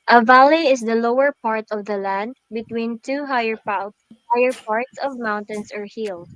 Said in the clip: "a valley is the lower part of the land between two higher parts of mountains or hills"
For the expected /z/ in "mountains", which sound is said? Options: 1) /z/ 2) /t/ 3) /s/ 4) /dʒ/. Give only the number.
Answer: 3